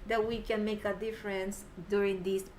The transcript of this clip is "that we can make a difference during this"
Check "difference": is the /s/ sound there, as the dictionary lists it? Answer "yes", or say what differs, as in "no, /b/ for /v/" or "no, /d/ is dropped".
yes